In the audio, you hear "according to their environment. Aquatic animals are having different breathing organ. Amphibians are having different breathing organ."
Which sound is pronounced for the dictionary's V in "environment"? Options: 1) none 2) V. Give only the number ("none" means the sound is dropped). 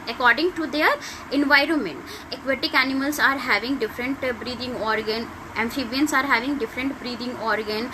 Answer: 2